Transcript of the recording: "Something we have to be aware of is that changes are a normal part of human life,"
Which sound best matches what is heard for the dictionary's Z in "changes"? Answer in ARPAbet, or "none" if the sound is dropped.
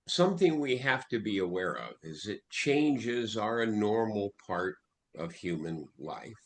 Z